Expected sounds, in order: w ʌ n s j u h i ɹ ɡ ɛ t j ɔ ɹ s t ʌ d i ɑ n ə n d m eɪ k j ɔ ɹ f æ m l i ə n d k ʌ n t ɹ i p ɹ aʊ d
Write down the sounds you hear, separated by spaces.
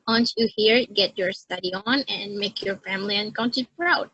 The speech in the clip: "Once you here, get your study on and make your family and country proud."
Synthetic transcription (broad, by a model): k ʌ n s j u h i ɹ ɡ ɛ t j ɔ ɹ s t ʌ d i ɑ n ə n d m eɪ k j ɔ ɹ f æ m l i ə n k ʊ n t i p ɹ aʊ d